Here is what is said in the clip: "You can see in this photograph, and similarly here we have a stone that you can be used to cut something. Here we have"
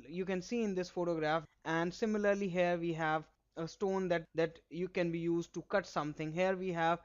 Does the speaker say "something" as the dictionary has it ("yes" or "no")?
no